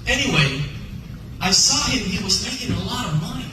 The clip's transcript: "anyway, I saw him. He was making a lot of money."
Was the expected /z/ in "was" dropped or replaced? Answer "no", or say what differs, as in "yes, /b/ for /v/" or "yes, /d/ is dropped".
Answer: no